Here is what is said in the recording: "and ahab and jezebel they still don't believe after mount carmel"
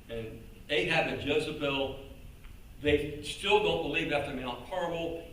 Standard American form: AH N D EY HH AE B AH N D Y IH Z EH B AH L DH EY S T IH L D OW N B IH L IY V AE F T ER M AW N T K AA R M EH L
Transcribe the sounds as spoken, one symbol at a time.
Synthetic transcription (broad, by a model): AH N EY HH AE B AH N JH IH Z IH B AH L DH EY S T IH L D OW N B IH L IY V AE F T ER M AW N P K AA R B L